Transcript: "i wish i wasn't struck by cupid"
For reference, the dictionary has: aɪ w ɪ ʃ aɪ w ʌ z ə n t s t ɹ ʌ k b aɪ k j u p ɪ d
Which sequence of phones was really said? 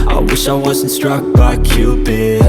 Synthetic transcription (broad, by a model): aɪ w ɪ ʃ aɪ w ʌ z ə n t s t ɹ ʌ k b aɪ k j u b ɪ